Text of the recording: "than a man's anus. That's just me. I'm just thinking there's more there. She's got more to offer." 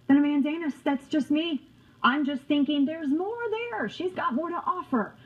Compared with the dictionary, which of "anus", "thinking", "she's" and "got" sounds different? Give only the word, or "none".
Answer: none